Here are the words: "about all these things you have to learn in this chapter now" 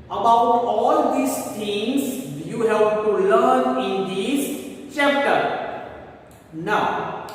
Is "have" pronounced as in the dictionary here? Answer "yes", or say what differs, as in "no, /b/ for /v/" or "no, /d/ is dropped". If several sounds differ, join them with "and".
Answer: no, /p/ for /v/